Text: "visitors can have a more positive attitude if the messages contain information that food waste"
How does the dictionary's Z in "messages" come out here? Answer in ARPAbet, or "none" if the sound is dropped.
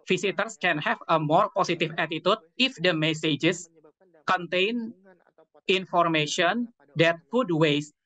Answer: S